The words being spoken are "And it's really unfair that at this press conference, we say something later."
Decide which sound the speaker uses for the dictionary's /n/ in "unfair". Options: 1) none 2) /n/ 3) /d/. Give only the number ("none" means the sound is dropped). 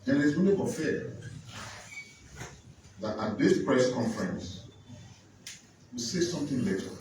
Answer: 1